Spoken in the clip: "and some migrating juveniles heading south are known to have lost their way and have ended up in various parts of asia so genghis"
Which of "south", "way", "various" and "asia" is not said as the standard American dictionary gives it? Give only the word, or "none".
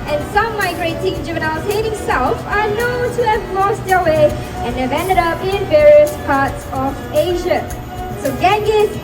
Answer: south